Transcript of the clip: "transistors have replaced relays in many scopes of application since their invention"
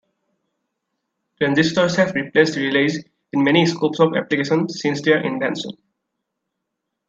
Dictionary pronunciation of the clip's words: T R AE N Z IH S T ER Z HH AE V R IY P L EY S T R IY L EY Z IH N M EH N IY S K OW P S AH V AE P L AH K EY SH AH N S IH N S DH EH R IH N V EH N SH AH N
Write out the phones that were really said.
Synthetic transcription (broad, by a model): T R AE N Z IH S T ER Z HH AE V R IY P L EY S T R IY L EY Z IH N M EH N IY S K OW P S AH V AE P L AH K EY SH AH N S IH N S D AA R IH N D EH N S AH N